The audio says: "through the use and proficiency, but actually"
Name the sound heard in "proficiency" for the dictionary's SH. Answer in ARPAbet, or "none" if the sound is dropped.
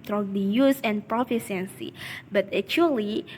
S